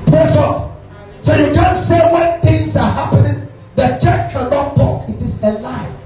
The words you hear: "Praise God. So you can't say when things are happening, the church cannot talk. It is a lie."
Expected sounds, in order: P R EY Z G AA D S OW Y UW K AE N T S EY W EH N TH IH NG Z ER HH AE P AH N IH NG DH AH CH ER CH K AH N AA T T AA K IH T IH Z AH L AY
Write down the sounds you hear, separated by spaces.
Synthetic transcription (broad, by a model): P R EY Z G AA D S OW Y UW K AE N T S EY W EH N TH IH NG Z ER HH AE P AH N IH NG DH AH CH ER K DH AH L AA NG T AA K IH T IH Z AH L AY